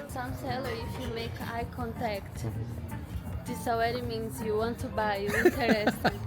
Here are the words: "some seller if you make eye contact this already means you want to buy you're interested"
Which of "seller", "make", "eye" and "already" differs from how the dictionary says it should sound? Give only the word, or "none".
already